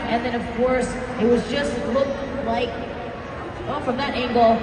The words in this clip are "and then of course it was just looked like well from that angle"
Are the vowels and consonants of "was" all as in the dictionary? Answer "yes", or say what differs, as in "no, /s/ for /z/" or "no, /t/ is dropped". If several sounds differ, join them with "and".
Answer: yes